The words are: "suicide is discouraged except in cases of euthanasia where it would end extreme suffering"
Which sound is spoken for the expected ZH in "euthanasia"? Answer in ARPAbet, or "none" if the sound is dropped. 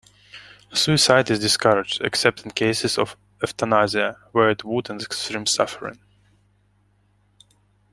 Z